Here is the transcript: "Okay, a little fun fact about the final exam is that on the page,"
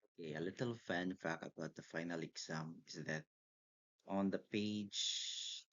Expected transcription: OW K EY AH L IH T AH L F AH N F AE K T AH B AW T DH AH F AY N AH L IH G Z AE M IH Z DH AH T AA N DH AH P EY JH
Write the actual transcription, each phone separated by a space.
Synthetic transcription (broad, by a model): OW K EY AH L IH T AH L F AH N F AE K AH B AW T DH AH F AY N AH L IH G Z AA M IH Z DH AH T AA N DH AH P EY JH